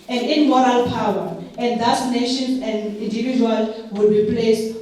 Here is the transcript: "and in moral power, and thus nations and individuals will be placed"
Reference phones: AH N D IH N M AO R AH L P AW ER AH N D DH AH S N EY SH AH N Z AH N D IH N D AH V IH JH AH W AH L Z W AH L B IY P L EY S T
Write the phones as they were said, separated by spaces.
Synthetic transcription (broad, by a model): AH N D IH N M AO R AH L P AW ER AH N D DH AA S N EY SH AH N AH N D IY N D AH V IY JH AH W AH L W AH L B IY P L EY S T